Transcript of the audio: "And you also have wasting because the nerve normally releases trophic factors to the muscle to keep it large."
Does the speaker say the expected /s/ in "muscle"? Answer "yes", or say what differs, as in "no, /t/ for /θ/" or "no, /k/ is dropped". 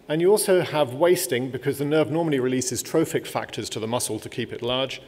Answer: yes